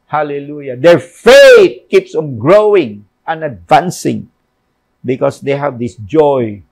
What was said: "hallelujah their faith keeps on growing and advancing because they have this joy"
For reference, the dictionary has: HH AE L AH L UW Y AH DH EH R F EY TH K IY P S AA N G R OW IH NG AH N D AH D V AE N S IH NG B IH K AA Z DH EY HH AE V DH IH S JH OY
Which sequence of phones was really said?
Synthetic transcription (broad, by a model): HH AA L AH L UW Y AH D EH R F EY T K IY P S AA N G R OW IH NG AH N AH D V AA N S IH NG B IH K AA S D EY HH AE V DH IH S JH OY